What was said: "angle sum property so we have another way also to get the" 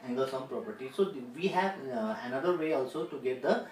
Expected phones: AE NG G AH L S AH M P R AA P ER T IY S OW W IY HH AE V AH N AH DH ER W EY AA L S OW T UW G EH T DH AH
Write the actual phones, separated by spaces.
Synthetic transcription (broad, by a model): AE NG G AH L S AH M P R AA P ER T IY S OW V IY HH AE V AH N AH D ER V EY AA L S OW T UW G EH T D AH